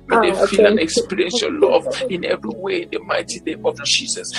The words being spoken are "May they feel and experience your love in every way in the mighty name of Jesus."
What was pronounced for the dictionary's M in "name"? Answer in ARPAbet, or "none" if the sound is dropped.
none